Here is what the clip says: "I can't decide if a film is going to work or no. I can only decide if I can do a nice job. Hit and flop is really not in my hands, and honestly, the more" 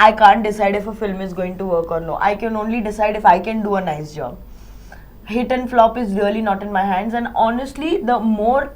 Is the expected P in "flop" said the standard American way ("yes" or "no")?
yes